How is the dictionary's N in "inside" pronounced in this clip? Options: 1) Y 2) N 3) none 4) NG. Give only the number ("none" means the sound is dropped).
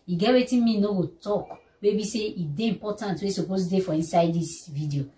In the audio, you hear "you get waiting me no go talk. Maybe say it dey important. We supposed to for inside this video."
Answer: 2